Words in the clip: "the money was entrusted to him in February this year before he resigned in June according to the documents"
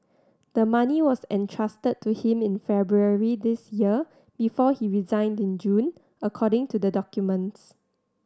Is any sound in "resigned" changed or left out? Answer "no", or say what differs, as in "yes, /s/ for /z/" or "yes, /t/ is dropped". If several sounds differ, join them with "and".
no